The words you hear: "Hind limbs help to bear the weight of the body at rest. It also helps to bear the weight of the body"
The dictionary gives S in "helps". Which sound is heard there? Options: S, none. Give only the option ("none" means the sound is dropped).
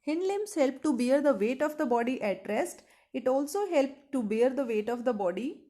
none